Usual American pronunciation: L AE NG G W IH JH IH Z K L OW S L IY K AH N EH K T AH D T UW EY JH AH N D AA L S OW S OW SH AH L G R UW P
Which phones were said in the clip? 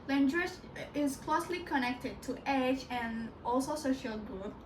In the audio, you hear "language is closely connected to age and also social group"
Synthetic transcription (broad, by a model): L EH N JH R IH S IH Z K L OW S L IY K AH N EH K T AH D T UW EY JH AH N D AA L S OW S OW SH AH L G R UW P